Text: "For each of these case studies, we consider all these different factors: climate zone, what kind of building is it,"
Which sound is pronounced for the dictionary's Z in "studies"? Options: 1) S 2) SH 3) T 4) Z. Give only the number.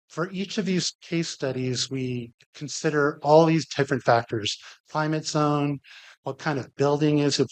4